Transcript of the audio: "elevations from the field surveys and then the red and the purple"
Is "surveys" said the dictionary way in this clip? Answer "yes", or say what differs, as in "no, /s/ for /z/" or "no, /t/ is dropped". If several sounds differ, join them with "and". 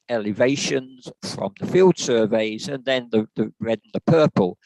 yes